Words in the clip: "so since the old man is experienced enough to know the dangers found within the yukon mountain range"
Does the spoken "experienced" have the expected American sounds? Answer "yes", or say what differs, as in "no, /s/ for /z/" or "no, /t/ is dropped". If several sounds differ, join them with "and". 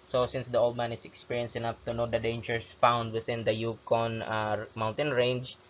no, /t/ is dropped